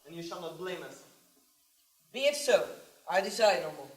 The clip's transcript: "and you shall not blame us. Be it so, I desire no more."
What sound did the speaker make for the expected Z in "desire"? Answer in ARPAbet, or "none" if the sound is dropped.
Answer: S